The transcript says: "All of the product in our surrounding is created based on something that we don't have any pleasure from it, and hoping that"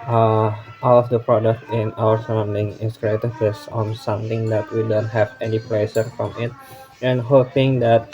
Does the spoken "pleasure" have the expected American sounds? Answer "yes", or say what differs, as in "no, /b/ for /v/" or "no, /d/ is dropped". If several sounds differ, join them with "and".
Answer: no, /s/ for /ʒ/